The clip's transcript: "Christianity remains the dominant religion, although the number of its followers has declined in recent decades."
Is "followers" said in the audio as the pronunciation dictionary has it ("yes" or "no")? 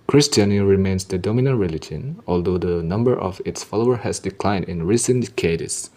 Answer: no